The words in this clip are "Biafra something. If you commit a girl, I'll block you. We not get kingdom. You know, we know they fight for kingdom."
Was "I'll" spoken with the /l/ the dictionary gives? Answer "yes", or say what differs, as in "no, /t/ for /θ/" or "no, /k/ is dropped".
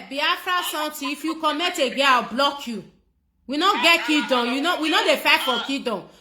no, /w/ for /l/